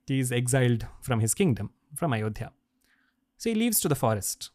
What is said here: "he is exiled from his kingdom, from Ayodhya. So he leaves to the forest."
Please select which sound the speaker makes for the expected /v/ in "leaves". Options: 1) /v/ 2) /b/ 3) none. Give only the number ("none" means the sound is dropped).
1